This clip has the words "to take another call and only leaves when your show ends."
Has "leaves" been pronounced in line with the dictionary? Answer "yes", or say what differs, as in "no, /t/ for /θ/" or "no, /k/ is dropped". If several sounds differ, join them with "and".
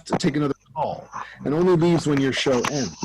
yes